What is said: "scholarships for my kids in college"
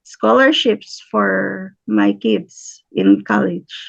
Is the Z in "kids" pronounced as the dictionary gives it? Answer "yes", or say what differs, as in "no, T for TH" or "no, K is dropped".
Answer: no, S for Z